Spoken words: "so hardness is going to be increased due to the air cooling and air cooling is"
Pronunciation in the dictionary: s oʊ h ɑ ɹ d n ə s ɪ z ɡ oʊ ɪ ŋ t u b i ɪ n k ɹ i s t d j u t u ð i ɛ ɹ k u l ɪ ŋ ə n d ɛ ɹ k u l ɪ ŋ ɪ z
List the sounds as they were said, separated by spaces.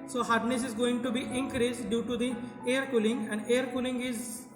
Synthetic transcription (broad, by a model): s oʊ h ɑ ɹ d n ə s ɪ z ɡ oʊ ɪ ŋ t u b i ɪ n k ɹ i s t d j u t u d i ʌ ɹ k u l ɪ ŋ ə n d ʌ ɹ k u l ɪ ŋ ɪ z